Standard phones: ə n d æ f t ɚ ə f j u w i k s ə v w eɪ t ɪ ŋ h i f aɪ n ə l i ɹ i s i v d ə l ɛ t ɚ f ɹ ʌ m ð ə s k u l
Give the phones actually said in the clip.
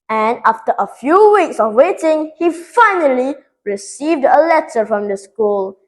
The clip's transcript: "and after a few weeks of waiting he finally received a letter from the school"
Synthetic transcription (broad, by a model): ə n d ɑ f t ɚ ə f j u w i k s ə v w eɪ t ɪ ŋ h i f aɪ n ə l i ɹ i s i v d ə l ɛ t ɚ f ɹ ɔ m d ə s k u l